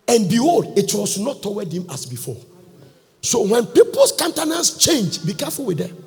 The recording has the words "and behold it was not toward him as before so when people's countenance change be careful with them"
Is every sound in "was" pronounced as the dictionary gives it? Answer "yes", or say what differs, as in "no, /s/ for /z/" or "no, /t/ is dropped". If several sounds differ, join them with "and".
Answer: no, /s/ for /z/